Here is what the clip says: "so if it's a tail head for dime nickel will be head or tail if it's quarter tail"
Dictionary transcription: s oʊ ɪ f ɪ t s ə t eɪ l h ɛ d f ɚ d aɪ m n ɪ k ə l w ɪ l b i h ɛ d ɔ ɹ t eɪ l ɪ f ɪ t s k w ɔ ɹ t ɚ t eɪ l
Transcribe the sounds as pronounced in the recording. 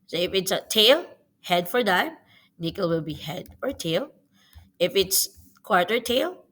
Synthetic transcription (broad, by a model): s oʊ ɪ f ɪ t s ə t eɪ l h ɛ d f ɚ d aɪ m n ɪ k ə l w ɪ l b i h ɛ d ɔ ɹ t eɪ l ɪ f ɪ t s k w ɔ ɹ t ɚ t eɪ l